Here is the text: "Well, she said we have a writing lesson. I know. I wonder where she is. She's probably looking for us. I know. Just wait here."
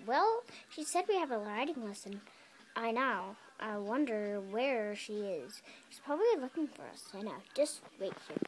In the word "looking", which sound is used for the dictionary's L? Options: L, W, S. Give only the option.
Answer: L